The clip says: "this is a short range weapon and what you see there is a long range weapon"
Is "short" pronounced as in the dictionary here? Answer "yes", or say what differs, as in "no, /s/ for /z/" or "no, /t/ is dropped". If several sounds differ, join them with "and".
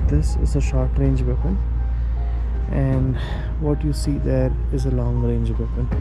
yes